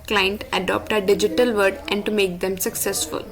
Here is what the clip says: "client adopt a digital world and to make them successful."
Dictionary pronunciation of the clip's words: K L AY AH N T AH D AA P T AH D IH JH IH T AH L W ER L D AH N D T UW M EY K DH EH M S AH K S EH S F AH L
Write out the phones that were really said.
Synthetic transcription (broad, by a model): K L AY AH N T AH D AA P T AH D IH JH IH T AH L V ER D AH N D T UW M EY K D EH M S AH K S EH S F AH L